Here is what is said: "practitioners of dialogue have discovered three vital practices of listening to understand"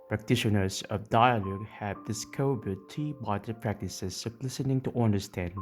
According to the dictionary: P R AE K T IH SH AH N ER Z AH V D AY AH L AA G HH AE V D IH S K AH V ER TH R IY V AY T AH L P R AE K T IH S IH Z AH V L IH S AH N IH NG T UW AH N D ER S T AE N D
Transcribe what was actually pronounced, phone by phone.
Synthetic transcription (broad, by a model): P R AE K T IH SH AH N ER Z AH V D AY AH L AA G HH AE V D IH S K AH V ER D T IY B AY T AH P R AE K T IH S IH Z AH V L IH S AH N IH NG T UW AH N D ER S T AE N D